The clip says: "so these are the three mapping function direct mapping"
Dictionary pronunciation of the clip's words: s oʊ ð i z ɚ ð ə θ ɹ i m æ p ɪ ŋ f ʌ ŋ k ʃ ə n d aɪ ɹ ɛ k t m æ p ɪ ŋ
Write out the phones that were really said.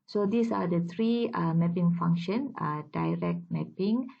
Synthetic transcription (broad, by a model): s oʊ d i s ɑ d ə t ɹ i m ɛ p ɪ ŋ f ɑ ŋ k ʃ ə n d aɪ ɹ ɛ k t m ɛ p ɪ ŋ